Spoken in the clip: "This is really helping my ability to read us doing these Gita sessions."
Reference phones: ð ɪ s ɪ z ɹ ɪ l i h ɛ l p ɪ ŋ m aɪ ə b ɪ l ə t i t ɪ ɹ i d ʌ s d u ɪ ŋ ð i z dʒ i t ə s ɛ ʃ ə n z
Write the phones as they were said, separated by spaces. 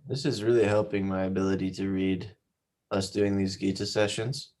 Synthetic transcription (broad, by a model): ð ɪ s ɪ z ɹ ɪ l i h ɛ l p ɪ ŋ m aɪ ə b ɪ l ə t i t ɪ ɹ i d ʌ s d u ɪ ŋ ð i z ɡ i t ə s ɛ ʃ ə n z